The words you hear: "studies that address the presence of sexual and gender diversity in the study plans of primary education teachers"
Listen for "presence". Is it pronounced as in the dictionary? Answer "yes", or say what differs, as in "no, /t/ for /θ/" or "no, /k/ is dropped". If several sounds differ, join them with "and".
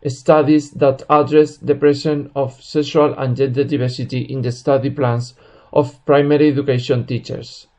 no, /s/ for /z/ and /s/ is dropped